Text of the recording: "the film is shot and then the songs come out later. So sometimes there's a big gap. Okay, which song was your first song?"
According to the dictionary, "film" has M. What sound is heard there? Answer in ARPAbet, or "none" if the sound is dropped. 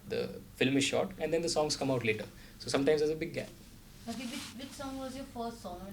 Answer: M